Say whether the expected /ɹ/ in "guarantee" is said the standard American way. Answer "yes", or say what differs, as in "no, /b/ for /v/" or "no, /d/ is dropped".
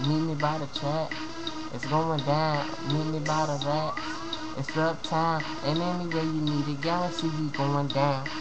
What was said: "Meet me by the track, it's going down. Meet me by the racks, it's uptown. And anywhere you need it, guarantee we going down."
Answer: no, /l/ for /ɹ/